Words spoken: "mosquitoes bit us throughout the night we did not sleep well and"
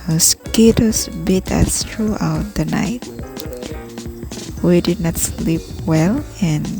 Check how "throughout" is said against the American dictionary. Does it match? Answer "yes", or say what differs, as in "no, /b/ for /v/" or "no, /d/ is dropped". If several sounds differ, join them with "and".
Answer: no, /t/ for /θ/